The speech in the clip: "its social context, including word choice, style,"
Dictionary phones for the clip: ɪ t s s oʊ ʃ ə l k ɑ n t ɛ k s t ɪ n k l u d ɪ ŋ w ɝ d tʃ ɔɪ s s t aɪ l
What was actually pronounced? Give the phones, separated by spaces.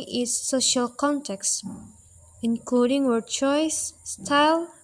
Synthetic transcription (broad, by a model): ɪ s s oʊ ʃ ə l k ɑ n t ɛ k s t ɪ n k l u d ɪ ŋ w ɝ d tʃ ɔɪ s s t aɪ l